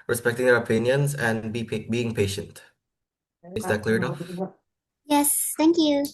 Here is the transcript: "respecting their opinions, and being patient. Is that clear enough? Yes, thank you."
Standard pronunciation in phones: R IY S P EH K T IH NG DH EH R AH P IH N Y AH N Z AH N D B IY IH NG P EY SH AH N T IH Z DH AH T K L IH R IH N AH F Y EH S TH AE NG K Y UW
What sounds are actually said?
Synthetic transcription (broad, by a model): R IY S P EH K T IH NG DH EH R AH P IH N Y AH N Z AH N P B IY IH NG P EY SH AH N T IH Z DH AH T K L IH R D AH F Y EH S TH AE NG K Y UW